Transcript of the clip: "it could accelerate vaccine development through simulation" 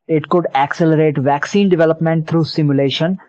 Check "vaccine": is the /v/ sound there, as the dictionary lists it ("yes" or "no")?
yes